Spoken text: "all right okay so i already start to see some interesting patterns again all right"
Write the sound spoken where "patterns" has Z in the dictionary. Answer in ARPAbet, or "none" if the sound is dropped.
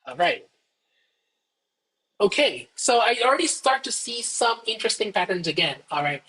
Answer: Z